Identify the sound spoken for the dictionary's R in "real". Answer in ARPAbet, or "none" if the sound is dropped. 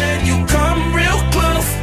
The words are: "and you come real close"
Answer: R